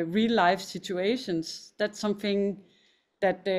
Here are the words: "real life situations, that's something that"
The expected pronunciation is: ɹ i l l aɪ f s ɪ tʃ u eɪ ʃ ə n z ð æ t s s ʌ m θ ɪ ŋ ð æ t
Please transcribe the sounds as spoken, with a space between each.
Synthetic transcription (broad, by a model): ɹ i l l aɪ f s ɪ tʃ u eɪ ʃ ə n s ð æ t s s ʌ m θ ɪ ŋ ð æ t